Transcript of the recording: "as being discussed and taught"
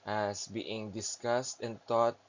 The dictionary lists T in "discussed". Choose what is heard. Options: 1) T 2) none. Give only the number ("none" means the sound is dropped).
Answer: 1